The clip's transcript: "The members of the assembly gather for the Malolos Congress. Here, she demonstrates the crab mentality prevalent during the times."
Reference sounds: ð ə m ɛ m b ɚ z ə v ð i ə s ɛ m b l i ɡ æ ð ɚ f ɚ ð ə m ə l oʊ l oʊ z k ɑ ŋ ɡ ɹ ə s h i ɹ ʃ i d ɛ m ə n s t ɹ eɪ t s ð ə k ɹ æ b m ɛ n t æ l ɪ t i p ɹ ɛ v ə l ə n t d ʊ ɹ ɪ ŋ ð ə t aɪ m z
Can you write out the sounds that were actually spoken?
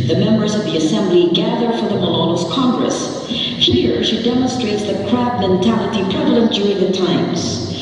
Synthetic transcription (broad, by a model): ð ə m ɛ m b ɚ z ə v ð i ə s ɛ m b l i ɡ æ ð ɚ f ɚ ð ə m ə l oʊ n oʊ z k ɑ ŋ ɡ ɹ ə s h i ɹ ʃ i d ɛ m ə n s t ɹ eɪ t s ð ə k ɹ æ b m ɛ n t æ l ɪ t i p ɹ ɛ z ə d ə n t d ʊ ɹ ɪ ŋ ð ə t aɪ m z